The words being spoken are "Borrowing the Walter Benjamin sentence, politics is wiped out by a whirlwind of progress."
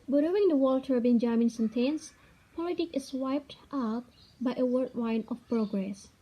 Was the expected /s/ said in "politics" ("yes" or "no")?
no